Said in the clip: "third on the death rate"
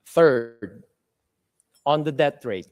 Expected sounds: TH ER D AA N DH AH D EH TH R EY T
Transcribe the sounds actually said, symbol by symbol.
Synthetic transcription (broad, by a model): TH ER D AA N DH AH D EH T R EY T